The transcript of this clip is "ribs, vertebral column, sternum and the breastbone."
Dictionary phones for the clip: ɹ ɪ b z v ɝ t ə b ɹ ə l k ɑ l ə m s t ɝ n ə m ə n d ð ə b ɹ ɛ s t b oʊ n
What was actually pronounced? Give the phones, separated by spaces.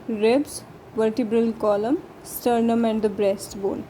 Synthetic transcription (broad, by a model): ɹ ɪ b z v ɝ t ə b ɹ ə l k ɑ l ə m s t ɝ n ə m ə n d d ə b ɹ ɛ s t b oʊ n